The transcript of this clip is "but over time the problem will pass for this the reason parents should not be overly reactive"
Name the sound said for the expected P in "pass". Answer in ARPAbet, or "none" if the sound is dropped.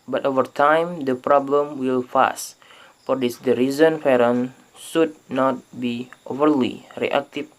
F